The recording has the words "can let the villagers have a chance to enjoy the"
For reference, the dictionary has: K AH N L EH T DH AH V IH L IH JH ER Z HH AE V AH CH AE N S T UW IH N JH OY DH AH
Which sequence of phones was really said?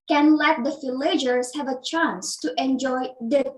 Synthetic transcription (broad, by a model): K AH N L EH T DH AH F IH L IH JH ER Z HH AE V AH CH AE N S T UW IH N JH OY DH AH